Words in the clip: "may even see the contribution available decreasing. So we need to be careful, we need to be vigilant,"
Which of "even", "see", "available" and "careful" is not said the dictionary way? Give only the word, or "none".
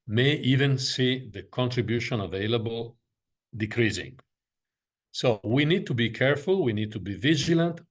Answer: none